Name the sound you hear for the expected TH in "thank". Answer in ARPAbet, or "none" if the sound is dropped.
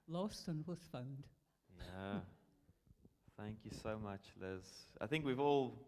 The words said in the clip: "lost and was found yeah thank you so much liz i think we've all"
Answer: TH